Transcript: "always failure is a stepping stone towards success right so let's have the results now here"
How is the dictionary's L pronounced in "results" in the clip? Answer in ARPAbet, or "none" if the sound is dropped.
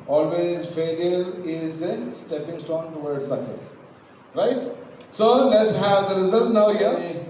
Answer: none